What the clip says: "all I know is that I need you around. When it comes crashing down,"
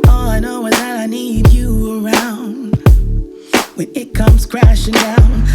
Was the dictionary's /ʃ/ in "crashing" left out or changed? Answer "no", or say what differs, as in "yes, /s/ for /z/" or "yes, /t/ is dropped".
no